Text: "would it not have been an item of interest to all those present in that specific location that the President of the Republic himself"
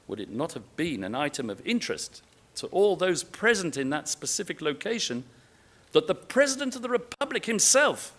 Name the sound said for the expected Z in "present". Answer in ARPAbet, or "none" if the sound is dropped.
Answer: Z